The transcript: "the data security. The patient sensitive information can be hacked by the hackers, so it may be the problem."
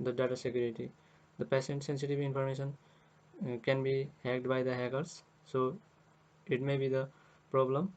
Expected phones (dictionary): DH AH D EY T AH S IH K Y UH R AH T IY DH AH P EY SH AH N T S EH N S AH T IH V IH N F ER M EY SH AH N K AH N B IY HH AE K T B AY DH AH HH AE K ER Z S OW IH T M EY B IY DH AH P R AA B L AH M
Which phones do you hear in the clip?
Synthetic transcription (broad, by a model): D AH D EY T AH S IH K Y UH R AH T IY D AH P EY S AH N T S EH N S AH T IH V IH N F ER M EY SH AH N K AH N B IY HH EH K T B AY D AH HH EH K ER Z S OW IH T M EY B IY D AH P R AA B L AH M